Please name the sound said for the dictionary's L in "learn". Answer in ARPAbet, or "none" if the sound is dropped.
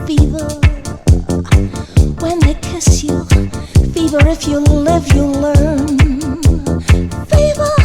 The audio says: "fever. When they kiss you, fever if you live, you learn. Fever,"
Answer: L